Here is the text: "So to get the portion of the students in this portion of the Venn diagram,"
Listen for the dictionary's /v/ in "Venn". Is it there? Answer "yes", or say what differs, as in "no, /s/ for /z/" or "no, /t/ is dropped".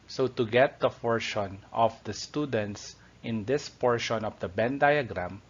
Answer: no, /b/ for /v/